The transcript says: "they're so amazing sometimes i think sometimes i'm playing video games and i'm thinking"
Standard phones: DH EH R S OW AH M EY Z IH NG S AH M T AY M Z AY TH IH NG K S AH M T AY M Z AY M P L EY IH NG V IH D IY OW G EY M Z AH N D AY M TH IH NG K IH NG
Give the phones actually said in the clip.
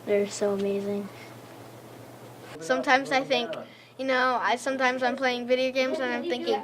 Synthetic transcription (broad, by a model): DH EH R S OW AH M EY Z IH NG S AH M T AY M Z AY TH IH NG K S AH M T AY M Z AY M P L EY IH NG V IH D IY OW G EY M Z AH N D AY M TH IH NG K IH NG